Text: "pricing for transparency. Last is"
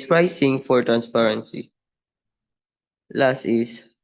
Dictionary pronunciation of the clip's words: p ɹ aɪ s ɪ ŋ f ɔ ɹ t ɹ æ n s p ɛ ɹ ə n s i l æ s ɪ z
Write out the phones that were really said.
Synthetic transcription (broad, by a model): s ɹ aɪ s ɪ ŋ f ɔ ɹ t ɹ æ n s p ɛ ɹ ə n s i l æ s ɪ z